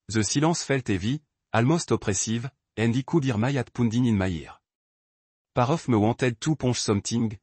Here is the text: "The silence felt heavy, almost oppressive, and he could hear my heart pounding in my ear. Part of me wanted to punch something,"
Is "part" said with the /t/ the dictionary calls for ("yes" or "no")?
no